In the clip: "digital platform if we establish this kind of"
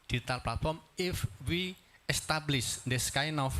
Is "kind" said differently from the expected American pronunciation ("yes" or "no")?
yes